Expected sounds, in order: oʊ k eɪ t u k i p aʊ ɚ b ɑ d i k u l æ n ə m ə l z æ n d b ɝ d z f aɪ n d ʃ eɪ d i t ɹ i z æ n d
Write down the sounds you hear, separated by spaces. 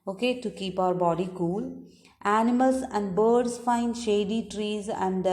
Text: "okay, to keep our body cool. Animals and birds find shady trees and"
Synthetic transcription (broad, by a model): oʊ k eɪ t u k i p aʊ ɚ b ɑ d i k u l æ n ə m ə l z æ n d b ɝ d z f aɪ n d ʃ eɪ d i t ɹ i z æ n d